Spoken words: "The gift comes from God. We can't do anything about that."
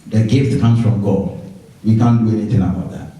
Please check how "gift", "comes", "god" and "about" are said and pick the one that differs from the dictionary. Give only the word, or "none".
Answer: comes